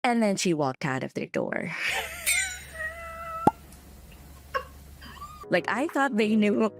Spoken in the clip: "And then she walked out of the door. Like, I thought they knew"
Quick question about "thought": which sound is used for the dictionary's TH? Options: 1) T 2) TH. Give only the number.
2